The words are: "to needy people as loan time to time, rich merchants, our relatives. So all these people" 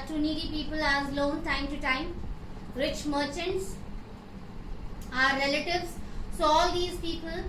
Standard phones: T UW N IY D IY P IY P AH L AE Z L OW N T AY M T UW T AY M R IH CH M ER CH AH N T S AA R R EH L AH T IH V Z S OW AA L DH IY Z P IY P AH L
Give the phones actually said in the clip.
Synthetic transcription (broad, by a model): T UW N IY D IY P IY P AH L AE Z L OW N T AY M T UW T AY M R IH CH M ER CH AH N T S AA R R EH L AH T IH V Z S OW AA L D IY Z P IY P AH L